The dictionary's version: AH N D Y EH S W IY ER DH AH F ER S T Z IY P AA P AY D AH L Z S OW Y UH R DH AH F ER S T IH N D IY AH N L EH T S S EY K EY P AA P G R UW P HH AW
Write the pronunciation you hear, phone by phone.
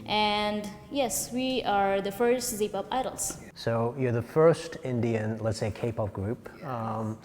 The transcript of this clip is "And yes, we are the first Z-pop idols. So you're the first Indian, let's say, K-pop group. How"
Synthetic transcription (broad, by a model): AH N D Y EH S W IY ER DH AH F ER S T Z IY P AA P AY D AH L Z S OW Y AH R DH AH F ER S T IH N D IY AH N L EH T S S EY K EY P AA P G R UW P